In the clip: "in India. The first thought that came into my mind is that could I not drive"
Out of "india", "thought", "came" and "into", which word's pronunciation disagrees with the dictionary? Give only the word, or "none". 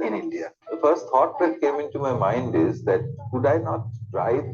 thought